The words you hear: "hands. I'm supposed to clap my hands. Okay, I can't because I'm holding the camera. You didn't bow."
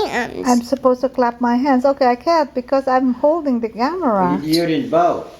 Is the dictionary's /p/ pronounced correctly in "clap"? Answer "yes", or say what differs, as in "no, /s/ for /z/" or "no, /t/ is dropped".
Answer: yes